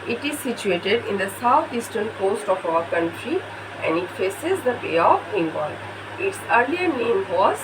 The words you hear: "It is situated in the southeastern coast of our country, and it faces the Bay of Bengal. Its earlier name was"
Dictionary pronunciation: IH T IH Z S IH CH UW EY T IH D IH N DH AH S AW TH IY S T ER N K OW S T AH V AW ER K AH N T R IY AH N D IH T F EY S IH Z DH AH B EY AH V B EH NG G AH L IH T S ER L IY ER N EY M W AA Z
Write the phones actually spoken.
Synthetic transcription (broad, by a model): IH T IH Z S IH CH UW EY T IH D IH N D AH S AW T IY S T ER N K OW S T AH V AW ER K AH N T R IY AH N D IH T F EY S IH Z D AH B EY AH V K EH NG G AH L IH T S ER L IY ER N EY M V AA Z